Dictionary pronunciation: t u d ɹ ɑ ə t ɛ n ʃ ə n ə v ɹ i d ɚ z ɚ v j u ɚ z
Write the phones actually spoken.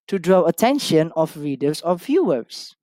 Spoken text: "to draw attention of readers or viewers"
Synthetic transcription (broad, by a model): t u d ɹ ɑ ə t ɛ n ʃ ə n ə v ɹ i d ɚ s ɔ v j u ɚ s